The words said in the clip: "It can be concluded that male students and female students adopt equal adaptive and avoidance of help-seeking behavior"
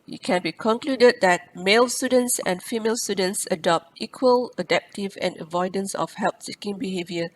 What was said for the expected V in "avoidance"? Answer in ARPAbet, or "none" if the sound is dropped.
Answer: V